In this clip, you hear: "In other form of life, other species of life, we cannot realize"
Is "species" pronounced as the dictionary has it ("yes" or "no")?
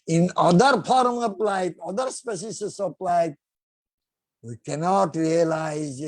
no